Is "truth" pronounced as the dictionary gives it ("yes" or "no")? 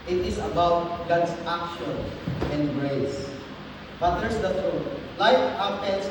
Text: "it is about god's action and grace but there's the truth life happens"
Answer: no